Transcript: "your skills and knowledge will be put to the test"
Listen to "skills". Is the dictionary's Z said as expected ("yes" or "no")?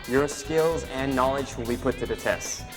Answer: yes